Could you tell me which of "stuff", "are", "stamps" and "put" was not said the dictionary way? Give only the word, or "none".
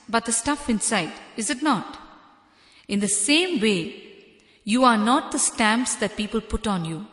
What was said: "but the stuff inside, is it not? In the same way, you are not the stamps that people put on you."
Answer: none